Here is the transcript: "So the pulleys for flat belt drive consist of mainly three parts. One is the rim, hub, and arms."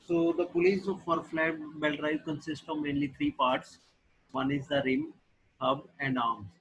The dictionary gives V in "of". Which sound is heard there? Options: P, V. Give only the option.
V